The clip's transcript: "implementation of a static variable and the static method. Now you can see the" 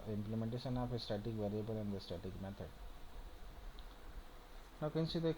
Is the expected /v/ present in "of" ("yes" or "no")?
no